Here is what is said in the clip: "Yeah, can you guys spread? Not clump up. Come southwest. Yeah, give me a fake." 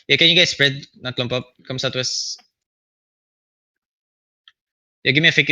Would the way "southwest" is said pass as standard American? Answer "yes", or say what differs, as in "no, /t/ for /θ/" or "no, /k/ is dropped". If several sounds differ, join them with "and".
no, /t/ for /θ/